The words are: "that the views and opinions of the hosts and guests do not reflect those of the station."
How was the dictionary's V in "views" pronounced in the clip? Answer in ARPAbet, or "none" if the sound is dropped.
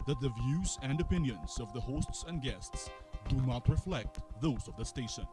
V